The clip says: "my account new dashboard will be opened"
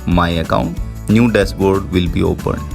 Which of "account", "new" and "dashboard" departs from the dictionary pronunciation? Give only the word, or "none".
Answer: dashboard